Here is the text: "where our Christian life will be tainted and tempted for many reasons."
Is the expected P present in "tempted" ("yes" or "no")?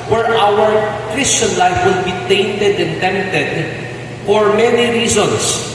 no